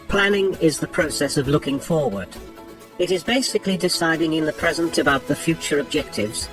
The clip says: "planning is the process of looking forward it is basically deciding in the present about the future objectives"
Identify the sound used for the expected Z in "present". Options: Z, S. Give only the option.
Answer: Z